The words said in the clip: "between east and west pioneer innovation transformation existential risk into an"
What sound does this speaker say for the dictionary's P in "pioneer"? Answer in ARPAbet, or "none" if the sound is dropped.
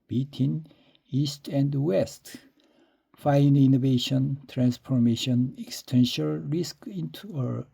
F